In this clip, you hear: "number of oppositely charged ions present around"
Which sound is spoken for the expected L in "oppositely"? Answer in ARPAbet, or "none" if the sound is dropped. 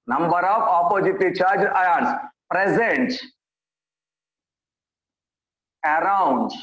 none